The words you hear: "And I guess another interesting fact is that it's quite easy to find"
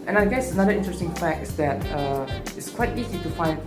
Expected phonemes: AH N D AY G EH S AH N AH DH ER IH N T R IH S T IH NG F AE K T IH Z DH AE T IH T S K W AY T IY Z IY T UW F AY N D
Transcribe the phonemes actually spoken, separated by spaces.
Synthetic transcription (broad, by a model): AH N AY G EH S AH N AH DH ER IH N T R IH S T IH NG F AE K T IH S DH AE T IH T S K W AY T IY Z IY T UW F AY N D